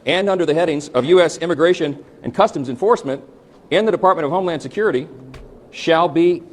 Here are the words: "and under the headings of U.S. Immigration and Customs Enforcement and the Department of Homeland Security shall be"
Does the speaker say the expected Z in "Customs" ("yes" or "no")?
yes